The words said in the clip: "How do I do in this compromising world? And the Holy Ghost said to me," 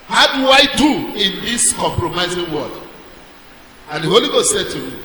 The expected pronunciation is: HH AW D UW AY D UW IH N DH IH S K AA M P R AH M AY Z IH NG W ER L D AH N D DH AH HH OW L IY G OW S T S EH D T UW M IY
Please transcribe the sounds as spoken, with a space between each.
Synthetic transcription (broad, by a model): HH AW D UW AY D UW IH N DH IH S K AA M P R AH M AY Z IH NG W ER D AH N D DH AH HH OW L IY G OW S T S EH D T UW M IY